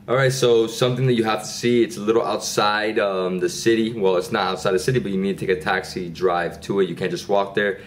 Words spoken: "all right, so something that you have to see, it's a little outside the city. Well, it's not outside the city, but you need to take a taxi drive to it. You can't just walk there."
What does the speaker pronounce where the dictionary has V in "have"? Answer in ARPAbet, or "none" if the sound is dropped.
F